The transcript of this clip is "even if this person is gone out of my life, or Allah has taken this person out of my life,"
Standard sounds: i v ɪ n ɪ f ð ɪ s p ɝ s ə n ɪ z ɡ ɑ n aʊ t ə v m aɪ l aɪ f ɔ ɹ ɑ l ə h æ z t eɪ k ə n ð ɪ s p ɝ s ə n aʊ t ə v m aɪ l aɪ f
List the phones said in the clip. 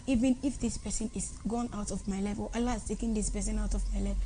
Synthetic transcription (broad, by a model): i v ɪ n ɪ f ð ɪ s p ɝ s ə n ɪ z ɡ ɑ n aʊ t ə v m aɪ l aɪ f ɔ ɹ ɑ l ə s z t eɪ k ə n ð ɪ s p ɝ s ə n aʊ t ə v m aɪ l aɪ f